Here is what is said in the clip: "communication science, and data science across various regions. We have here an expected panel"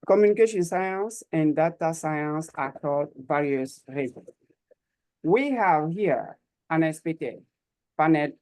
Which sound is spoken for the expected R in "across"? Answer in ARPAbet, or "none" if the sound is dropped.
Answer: none